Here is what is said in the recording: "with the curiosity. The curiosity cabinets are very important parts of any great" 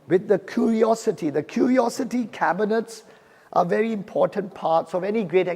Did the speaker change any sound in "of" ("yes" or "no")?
no